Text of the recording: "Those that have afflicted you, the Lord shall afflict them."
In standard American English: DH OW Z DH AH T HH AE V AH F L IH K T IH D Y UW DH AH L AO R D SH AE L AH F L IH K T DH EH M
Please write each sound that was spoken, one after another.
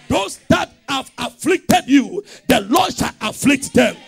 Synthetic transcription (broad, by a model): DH OW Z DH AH T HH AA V AH F L IH K T IH D Y UW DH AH L AO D SH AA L AH F L IH K T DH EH M